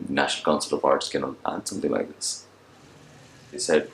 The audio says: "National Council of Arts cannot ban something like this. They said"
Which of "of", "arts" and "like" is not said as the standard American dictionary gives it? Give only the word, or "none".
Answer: of